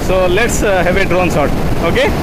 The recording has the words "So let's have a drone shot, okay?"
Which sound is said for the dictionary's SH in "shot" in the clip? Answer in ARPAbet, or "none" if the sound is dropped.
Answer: S